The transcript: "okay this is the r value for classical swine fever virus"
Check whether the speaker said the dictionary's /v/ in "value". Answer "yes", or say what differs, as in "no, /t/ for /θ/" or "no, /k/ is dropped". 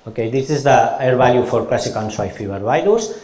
no, /b/ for /v/